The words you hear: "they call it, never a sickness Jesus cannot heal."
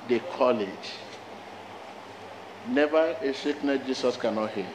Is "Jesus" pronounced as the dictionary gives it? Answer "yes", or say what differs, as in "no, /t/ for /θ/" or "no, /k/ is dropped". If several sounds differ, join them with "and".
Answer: no, /s/ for /z/